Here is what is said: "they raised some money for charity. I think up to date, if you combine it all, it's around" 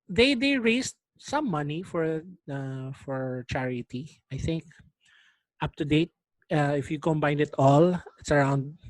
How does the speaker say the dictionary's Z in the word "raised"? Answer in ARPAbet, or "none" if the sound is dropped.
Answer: S